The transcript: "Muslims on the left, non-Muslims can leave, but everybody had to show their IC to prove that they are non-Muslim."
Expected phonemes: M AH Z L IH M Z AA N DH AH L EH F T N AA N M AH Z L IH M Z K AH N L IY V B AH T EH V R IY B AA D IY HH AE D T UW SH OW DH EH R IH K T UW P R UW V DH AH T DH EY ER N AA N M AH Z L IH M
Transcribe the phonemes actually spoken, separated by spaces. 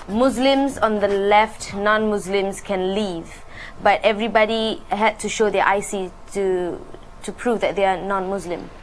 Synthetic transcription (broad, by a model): M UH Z L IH M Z AA N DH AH L EH F T N AA N M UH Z L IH M S K AH N L IY V B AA T EH V R IY B AA D IY HH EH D T UW SH OW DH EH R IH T T UW P R UW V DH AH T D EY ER N AA N M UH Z L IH M